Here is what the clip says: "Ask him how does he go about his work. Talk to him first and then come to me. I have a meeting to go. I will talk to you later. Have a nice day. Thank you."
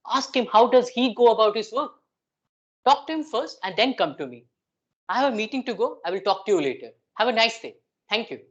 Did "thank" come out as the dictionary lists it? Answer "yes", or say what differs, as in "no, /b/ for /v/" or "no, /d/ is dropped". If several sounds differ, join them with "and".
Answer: no, /t/ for /θ/